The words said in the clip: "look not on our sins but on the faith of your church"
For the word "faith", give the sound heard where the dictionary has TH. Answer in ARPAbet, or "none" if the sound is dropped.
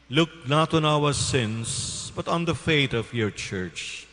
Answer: T